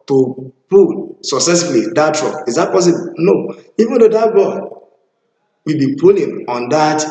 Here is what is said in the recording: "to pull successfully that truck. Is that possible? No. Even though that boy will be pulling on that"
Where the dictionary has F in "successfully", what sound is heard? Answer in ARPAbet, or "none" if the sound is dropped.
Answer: none